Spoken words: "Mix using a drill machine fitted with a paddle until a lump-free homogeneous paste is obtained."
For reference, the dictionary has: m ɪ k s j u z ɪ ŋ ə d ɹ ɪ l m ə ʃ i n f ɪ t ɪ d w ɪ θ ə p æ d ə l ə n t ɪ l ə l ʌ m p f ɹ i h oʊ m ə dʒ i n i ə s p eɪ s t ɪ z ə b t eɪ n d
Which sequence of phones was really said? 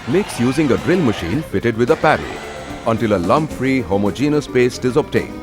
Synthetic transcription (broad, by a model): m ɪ k s j u z ɪ ŋ ə d ɹ ɪ l m ə ʃ i n f ɪ t ɪ d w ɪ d ə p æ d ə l ə n t ɪ l ə l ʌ m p f ɹ i h oʊ m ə dʒ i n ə s p eɪ s t ɪ z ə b t eɪ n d